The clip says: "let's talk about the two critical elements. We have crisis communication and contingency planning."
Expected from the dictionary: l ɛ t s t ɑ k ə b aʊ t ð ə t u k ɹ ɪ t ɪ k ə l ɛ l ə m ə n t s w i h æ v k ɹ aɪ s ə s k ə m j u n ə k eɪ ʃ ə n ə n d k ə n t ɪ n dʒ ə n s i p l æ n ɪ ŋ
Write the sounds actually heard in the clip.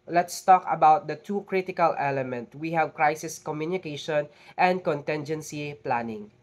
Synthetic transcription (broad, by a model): l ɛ t s t ɑ k ə b aʊ t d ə t u k ɹ ɪ t ɪ k ə l ɛ l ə m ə n t w i h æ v k ɹ aɪ s ə s k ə m j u n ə k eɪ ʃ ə n ə n d k ə n t ɪ n dʒ ə n s i p l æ n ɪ ŋ